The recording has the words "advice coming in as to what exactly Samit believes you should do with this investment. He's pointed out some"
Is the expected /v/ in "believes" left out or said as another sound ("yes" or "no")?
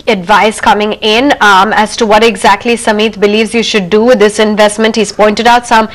no